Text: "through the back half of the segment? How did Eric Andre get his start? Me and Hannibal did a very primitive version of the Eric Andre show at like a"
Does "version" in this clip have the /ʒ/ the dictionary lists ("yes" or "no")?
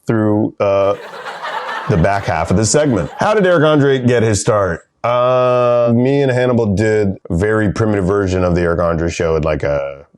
yes